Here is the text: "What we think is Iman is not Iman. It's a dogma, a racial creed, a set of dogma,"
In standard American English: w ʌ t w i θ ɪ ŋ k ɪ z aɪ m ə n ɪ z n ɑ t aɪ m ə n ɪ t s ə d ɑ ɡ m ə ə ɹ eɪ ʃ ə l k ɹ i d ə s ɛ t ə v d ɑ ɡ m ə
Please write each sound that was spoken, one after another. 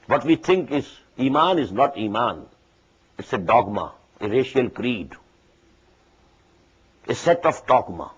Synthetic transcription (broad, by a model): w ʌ t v i t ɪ ŋ k ɪ z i m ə n ɪ z n ɑ t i m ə n ɪ t s ə d ɑ ɡ m ə ə ɹ eɪ ʃ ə l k ɹ i d ə s ɛ t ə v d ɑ ɡ m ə